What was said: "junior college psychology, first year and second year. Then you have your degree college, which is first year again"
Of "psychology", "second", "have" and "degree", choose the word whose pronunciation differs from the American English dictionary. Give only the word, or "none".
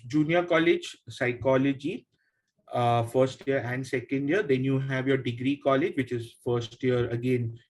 none